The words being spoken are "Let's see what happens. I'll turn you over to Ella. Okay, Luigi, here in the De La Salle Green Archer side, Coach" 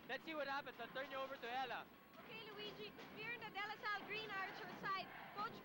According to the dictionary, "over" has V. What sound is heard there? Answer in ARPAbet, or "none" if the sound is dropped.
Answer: V